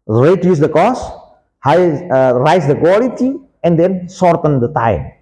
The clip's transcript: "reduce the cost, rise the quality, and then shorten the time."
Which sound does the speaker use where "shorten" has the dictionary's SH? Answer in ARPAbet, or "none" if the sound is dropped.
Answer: S